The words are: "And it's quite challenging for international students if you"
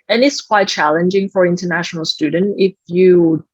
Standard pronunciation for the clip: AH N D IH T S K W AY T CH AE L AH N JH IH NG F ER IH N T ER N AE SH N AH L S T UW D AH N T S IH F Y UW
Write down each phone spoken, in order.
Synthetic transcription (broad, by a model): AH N IH T S K W AY T CH AE L AH N JH IH NG F ER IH N T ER N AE SH N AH L S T UW D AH N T IH F Y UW